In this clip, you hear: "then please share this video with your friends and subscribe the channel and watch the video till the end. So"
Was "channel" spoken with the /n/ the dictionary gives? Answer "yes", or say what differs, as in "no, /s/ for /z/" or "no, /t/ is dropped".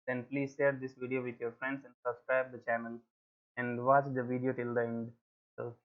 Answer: yes